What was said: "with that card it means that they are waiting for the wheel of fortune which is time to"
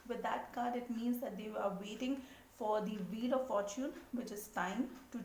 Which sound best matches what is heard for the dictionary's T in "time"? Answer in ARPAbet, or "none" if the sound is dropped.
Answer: T